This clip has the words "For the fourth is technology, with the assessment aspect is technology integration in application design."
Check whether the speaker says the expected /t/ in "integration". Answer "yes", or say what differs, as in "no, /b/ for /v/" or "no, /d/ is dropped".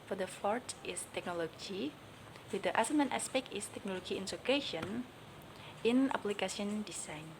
no, /s/ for /t/